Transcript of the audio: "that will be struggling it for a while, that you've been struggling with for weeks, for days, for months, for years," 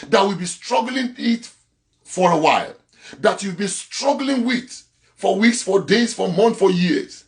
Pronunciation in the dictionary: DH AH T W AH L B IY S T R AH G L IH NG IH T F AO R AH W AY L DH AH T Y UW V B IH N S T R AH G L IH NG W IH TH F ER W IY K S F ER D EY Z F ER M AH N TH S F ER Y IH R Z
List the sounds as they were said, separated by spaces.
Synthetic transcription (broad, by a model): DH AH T W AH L B IY S T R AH G L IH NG IH T F AO R AH W AY L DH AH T Y UW V B IH N S T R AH G L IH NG W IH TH F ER W IY K S F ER D EY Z F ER M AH N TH F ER Y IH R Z